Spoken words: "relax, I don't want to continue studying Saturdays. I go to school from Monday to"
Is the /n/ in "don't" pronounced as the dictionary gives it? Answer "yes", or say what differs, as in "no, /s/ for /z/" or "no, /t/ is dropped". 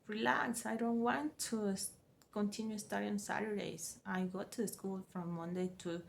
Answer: yes